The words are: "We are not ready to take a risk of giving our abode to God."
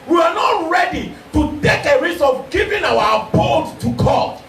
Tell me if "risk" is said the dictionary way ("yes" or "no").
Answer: no